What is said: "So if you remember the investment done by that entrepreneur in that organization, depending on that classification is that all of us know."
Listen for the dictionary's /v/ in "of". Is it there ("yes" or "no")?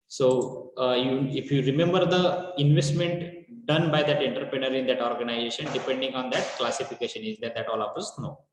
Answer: no